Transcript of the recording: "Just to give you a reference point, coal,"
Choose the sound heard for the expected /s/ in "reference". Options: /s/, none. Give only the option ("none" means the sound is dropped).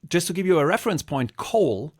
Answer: /s/